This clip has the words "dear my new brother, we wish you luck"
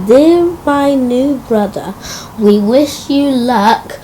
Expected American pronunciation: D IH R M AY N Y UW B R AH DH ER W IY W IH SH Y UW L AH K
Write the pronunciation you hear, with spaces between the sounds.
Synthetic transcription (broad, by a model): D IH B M AY N Y UW B R AH DH ER W IY W IH SH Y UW L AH K